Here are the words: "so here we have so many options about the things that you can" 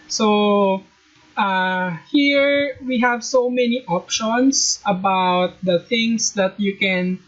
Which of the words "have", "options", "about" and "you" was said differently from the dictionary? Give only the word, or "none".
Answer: options